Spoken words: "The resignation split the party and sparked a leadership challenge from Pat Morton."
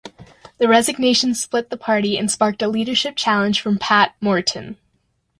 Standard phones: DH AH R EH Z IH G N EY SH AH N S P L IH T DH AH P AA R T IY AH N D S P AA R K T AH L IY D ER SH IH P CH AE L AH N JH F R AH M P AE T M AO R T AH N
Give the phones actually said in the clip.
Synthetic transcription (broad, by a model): DH AH R EH Z IH G N EY SH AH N S P L IH T DH AH P AA R T IY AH N S P AA R K T AH L IY D ER SH IH P CH AE L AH N ZH F R AH M P AE T M AO R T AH N